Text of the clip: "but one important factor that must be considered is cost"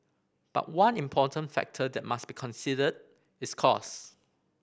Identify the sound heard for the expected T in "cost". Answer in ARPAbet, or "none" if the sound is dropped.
none